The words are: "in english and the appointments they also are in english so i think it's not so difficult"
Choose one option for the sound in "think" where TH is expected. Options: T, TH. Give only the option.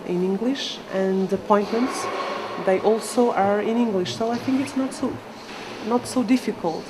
TH